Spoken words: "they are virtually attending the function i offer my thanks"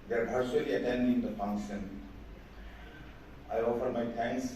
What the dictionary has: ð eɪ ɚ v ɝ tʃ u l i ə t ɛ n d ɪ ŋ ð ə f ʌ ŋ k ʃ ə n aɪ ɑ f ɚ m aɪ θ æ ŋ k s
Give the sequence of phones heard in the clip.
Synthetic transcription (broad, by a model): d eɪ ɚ b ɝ s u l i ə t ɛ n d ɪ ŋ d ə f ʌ ŋ k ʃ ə n aɪ ɑ f ɚ m aɪ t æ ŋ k s